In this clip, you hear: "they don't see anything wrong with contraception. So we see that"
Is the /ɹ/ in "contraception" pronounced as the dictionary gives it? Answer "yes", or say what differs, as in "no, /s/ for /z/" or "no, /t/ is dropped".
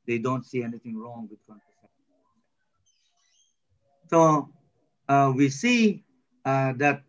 no, /ɹ/ is dropped